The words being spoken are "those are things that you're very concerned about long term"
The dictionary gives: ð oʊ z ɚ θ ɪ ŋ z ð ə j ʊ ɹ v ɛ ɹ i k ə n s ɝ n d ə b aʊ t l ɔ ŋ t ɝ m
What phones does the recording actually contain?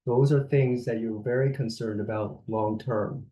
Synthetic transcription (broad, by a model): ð oʊ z ɚ θ ɪ ŋ z ð ə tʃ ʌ ɹ v ɛ ɹ i k ə n s ɝ n d ə b aʊ t l ɔ ŋ t ɝ m